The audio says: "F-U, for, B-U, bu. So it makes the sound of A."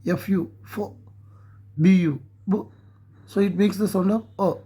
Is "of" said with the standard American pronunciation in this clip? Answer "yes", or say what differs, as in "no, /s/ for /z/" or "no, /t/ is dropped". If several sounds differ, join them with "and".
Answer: no, /p/ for /v/